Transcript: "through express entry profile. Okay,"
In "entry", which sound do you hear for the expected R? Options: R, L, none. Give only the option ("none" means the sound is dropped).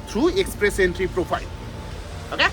R